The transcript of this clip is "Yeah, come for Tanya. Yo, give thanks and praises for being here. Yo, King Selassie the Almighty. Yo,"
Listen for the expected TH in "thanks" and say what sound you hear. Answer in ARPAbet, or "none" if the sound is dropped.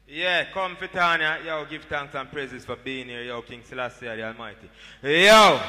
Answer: T